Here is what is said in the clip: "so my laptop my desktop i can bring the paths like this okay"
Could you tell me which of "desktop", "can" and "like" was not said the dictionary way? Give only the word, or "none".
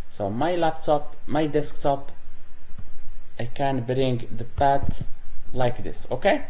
none